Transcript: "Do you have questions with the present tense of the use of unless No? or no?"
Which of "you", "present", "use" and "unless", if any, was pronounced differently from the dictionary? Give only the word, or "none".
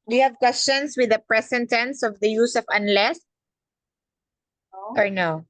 present